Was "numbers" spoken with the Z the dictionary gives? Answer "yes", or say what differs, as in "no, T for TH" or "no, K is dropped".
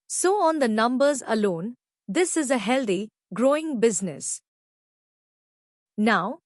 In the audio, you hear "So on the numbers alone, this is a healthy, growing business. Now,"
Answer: yes